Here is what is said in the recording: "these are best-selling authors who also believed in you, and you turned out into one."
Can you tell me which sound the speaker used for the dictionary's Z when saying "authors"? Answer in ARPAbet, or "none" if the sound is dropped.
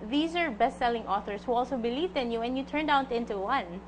S